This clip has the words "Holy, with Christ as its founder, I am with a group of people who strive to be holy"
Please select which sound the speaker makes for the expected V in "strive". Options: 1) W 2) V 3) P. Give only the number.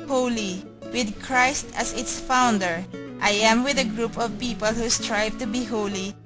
2